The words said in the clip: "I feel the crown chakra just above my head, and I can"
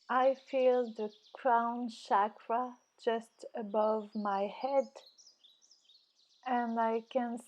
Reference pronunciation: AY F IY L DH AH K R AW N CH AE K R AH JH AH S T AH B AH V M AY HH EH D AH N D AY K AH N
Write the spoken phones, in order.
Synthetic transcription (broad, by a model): AY F IY L DH AH K R AW N SH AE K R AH JH AH S T AH B AH V M AY HH EH D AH N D AY K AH N